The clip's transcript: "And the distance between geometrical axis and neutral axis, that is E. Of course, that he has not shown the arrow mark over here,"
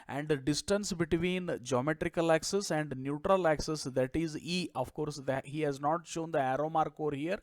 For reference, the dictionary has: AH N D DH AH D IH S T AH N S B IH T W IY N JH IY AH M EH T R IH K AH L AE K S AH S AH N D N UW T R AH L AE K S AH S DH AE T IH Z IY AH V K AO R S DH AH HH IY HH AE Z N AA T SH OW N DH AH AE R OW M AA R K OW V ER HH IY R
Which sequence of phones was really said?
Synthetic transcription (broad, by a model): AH N D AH D IH S T AH N S B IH T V IY N JH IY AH M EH T R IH K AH L AE K S AH S AH N D N UW T R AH L AE K S AH S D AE T IH Z IY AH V K AO R S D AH HH IY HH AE Z N AA T SH OW N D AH AE R OW M AA R K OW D HH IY R